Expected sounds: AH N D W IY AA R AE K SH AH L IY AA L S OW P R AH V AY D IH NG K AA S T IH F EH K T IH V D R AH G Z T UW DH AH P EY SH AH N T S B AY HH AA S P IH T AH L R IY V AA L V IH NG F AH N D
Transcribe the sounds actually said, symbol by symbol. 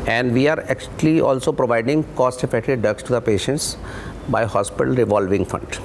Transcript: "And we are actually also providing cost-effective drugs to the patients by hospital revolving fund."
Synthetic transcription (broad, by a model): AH N D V IY AA R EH K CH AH L IY AA L S OW P R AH V AY D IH NG K AA S T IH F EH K T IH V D AH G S T UW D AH P EY SH AH N T S B AY HH AA S P IH T AH L R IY V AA L V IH NG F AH N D